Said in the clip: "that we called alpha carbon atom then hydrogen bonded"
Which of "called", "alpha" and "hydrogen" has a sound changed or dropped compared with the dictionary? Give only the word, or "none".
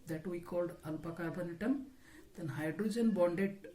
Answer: alpha